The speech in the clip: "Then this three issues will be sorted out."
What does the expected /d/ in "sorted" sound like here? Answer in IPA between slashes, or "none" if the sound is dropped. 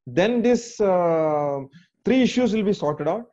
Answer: /d/